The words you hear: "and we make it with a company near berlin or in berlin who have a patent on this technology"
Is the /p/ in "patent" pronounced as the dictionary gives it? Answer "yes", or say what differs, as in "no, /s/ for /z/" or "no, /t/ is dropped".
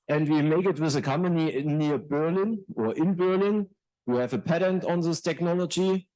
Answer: yes